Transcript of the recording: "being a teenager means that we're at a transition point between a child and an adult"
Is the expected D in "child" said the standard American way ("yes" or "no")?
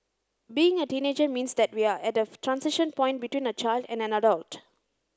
yes